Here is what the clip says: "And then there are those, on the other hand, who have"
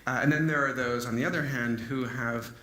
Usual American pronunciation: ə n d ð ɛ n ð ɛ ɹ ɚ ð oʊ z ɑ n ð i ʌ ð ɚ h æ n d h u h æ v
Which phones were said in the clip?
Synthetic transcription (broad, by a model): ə n ð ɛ n ð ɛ ɹ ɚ ð oʊ z n ð i ʌ ð ɚ h æ n d h u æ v